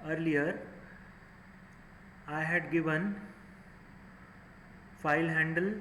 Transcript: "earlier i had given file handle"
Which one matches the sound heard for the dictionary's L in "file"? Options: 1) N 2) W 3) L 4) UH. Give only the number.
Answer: 3